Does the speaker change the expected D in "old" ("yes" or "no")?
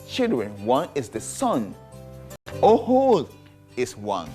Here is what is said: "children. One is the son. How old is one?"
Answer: yes